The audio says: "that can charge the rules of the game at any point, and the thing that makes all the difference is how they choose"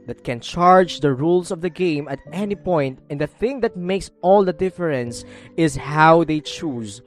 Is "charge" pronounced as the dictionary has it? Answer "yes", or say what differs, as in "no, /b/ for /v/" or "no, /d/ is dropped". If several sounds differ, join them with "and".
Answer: yes